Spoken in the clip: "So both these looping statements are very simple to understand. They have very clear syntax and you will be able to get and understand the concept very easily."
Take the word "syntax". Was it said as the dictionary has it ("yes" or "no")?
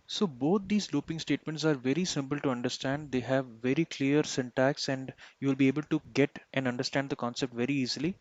yes